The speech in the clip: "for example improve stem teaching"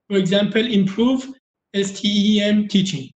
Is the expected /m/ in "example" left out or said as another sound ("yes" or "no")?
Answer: no